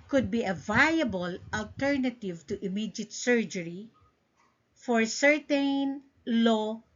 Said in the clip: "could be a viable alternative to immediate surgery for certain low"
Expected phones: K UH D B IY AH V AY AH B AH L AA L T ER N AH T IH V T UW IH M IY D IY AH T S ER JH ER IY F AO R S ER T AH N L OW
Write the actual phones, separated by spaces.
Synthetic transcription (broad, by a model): K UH D B IY AH V AY AH B AH L AA L T ER N AH T IH V T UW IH M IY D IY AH T S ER JH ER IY F AO R S ER T AH N L OW